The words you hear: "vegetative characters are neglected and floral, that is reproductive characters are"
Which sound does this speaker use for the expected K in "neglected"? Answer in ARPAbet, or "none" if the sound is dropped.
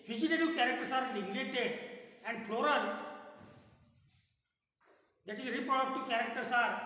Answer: none